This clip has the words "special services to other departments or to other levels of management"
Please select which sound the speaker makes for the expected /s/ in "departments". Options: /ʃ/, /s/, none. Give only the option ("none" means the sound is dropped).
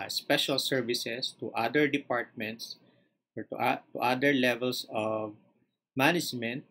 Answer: /s/